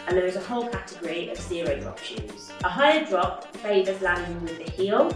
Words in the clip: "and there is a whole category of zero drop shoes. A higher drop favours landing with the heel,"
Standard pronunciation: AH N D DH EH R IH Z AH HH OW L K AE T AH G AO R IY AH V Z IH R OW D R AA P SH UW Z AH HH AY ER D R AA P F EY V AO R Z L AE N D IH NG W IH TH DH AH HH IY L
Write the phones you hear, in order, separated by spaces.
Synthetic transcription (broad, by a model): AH N DH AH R IH Z AH HH OW L K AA T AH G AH R IY AH V S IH R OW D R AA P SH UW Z AH HH AY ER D R AA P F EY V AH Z L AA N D IH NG W IH DH AH HH IY L